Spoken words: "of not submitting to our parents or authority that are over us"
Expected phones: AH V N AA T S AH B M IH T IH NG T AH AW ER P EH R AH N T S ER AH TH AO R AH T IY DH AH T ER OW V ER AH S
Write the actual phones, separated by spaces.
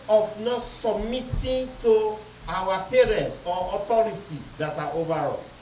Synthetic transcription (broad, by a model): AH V N AA T S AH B M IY T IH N T AH AW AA P EH R AH N T S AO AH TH AO R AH T IY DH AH T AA OW V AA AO S